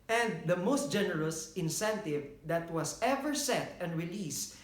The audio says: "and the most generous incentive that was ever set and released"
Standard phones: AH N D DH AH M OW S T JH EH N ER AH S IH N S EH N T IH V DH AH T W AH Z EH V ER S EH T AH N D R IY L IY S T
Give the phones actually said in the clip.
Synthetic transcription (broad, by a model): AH N D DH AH M OW S T JH EH N ER AH S IH N S EH N T IH V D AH T W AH S EH V ER S EH T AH N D R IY L IY S